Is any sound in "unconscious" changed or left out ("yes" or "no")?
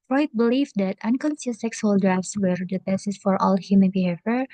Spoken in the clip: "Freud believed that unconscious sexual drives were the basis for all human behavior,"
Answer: yes